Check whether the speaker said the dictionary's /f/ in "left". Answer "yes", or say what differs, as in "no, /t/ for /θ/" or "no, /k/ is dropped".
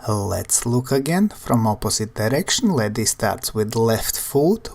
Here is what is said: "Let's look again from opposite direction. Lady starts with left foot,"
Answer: yes